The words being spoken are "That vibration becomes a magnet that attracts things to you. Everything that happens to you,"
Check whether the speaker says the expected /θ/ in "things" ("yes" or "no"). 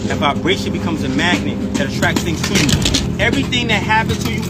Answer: yes